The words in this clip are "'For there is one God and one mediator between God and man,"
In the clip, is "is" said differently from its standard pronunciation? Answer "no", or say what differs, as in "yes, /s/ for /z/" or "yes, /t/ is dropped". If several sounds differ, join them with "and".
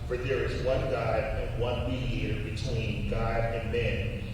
no